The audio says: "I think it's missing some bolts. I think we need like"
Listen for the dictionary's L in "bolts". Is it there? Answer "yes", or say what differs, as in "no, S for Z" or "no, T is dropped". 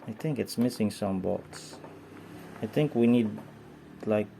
no, L is dropped